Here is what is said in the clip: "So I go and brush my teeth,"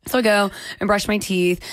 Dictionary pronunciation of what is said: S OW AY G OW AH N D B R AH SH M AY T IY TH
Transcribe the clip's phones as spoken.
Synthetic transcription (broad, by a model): S OW AY G OW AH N B R AH SH M AY T IY TH